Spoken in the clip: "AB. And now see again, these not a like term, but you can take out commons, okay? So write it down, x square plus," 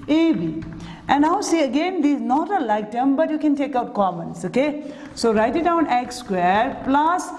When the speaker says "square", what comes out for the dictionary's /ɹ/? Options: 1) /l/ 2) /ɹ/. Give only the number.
2